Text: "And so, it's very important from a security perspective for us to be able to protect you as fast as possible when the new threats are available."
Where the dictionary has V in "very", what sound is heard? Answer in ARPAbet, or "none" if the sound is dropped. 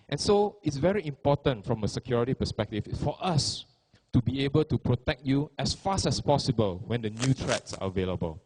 V